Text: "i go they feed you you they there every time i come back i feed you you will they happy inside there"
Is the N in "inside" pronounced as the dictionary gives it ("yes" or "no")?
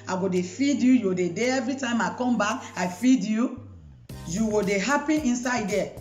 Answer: yes